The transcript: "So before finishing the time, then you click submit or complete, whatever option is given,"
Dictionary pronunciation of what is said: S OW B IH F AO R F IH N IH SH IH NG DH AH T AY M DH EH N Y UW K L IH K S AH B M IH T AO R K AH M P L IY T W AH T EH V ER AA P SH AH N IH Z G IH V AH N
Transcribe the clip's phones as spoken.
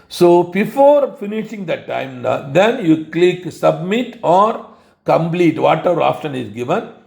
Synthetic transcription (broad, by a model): S OW B IH F AO R F IH N IH SH IH NG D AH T AY M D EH N Y UW K L IH K S AH B M IH T AO R K AH M P L IY T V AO T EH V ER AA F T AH N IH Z G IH V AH N